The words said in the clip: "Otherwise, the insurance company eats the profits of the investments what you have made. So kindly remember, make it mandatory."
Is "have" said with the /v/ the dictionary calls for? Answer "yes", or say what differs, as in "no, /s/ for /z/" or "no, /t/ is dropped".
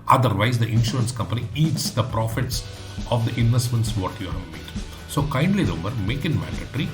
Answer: yes